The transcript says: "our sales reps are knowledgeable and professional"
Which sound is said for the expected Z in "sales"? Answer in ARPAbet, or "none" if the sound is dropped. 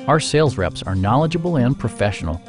Z